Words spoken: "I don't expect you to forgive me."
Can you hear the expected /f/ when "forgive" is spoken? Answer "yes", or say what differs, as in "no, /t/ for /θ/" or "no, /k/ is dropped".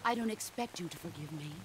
yes